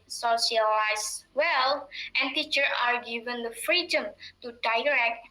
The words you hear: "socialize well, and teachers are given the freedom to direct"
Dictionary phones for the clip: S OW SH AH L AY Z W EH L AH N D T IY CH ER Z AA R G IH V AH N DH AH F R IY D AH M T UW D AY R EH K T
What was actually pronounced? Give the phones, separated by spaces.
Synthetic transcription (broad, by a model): S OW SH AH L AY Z W EH L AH N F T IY CH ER AA R G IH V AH N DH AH F R IY D AH M T UW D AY R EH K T